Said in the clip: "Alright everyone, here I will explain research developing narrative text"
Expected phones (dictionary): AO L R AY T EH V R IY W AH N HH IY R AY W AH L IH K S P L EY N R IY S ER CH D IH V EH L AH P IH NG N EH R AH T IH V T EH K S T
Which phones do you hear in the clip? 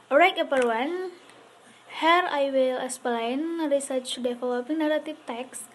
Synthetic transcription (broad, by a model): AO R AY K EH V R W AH N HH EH R AY W AH L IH S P L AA N R IY S ER CH D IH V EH L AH P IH NG N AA R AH T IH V T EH K S